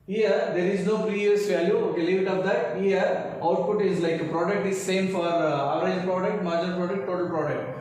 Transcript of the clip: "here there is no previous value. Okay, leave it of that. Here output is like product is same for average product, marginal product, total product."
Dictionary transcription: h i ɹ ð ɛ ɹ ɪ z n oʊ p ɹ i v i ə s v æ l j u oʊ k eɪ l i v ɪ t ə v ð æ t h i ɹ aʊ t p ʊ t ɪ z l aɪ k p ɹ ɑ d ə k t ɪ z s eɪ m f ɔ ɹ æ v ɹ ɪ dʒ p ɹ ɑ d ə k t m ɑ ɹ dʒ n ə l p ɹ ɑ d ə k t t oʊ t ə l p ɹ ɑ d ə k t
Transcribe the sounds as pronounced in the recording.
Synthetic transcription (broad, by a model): h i ɹ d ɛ ɹ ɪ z n oʊ p ɹ i v i ə s v æ l j u oʊ k eɪ l i v ɪ t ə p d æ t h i ɹ aʊ t p ʊ t ɪ z l aɪ k p ɹ ɑ d ə k t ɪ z s eɪ m f ɔ ɹ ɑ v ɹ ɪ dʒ p ɹ ɑ d ə k t m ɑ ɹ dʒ ə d p ɹ ɑ d ə k t t oʊ t ə l p ɹ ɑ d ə k t